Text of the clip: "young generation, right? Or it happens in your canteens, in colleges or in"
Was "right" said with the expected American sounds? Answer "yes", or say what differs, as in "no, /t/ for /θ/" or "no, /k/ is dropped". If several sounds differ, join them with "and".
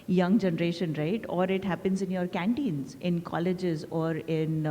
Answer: yes